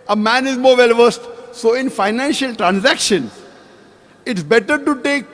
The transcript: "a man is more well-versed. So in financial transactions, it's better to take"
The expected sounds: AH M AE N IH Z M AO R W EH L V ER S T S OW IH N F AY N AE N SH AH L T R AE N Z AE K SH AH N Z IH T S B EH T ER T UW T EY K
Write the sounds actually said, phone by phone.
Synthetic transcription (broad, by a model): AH M AE N IH Z M AO R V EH L V ER S T S OW IH N F AY N AE N SH AH L T R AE N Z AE K SH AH N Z IH T S B EH T ER T UW T EY K